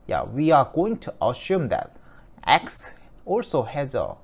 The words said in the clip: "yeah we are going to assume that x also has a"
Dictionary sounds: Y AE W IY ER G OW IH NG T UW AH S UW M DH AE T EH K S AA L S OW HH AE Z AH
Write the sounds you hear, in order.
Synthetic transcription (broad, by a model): Y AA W IY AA G OW IH NG T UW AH SH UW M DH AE T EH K S AA L S OW HH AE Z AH